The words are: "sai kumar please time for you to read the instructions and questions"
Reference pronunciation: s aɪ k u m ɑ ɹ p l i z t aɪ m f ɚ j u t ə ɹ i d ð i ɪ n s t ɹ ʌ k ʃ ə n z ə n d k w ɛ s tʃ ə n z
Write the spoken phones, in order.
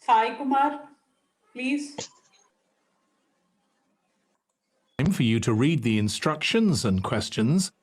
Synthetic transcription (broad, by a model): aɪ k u m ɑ ɹ p l i z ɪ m f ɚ j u t ə ɹ i d ð i ɪ n s t ɹ ʌ k ʃ ə n z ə n k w ɛ s tʃ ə n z